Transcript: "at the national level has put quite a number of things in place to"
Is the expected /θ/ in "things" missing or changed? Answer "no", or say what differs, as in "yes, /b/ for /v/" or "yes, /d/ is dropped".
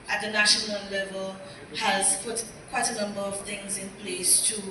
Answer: no